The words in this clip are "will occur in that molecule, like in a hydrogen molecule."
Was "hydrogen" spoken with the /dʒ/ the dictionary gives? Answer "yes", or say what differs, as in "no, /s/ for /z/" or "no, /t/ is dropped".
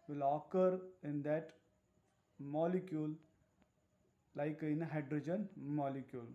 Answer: yes